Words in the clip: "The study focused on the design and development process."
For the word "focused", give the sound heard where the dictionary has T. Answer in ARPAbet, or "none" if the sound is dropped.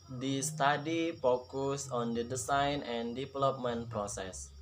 none